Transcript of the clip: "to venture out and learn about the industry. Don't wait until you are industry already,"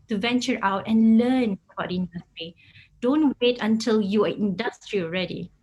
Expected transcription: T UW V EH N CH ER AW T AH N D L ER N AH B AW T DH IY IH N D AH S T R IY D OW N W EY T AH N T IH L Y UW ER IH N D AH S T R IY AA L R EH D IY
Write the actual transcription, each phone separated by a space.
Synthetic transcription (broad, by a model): T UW V EH N CH ER AW T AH N L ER N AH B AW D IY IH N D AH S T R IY D OW N W EY T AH N T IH L Y UW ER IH N D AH S T R IY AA L R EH D IY